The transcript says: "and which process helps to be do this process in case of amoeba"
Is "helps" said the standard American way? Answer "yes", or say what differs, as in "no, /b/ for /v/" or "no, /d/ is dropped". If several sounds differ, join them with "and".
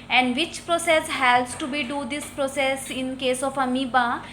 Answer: no, /p/ is dropped